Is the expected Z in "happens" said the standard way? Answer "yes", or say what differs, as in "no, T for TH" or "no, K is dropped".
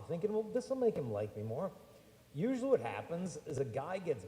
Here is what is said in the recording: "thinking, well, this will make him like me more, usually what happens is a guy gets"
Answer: yes